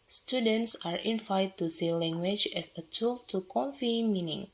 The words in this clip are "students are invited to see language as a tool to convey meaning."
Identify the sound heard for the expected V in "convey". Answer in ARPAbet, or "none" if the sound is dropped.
F